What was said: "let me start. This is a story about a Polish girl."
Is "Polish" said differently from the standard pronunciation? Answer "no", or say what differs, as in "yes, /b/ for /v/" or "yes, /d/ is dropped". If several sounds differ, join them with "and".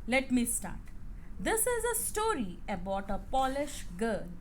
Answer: no